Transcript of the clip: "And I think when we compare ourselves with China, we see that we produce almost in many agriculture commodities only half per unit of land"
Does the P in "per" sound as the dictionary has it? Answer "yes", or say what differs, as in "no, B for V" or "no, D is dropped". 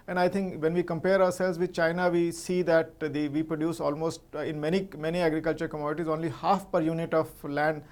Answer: yes